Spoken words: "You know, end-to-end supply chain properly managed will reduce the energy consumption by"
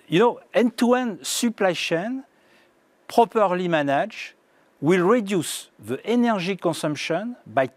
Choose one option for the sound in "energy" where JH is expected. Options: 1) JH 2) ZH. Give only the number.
2